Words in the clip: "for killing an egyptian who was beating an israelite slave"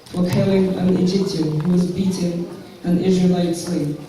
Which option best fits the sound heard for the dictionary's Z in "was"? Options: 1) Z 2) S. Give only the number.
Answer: 1